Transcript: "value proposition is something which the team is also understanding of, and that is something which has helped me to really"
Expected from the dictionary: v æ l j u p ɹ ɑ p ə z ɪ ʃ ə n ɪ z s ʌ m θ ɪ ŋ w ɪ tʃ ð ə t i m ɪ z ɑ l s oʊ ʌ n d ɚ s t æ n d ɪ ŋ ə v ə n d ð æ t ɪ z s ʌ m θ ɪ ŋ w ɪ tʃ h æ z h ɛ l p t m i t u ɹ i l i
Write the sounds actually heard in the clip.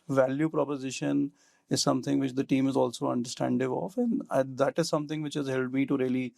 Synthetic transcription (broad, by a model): v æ l j u p ɹ ɑ p ə z ɪ ʃ ə n ɪ z s ʌ m t ɪ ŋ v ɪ tʃ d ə t i m ɪ z ɑ l s oʊ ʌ n d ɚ s t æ n d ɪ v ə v ə n d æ t ɪ z s ʌ m t ɪ ŋ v ɪ tʃ h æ z h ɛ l t m i t u ɹ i l i